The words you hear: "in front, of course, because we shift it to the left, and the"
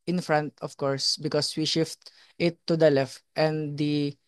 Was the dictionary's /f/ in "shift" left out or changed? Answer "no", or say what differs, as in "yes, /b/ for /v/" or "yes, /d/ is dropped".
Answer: no